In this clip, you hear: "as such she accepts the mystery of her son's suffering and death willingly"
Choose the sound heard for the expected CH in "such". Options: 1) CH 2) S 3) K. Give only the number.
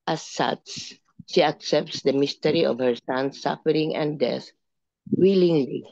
2